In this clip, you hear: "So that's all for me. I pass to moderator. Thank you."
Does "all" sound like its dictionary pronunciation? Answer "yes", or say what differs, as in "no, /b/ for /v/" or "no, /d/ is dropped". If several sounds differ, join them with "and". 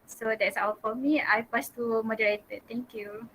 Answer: no, /w/ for /l/